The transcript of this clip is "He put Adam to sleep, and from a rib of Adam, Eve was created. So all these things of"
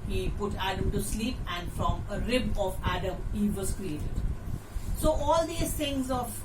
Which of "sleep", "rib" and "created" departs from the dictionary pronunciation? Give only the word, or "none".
none